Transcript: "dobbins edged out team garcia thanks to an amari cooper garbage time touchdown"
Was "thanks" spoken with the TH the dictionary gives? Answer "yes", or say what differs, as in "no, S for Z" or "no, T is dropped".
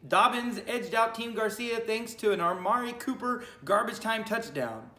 yes